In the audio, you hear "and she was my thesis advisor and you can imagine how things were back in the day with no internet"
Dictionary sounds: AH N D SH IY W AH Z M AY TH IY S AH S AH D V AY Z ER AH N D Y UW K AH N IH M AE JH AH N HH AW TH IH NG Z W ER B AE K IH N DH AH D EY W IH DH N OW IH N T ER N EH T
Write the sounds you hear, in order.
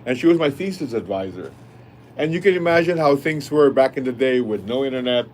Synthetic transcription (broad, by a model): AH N SH IY W AH Z M AY F IY S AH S AH D V AY Z ER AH N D Y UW K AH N IH M AE JH AH N HH AW TH IH NG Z W ER B AE K IH N DH AH D EY W IH DH N OW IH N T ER N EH T